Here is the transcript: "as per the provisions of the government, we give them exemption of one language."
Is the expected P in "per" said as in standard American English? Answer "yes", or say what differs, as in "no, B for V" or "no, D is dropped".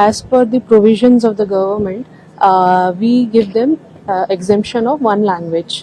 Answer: no, F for P